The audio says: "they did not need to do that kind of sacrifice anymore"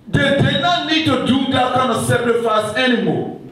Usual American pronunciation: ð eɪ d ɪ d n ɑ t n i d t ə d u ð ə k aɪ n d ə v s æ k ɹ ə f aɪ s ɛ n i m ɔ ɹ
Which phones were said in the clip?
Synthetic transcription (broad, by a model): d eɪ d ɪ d n ɑ t n i d t ə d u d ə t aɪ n ə s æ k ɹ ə f aɪ s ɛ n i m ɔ